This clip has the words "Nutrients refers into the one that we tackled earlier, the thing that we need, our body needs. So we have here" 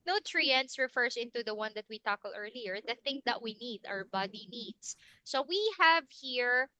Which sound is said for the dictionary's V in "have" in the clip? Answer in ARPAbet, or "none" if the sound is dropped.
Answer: V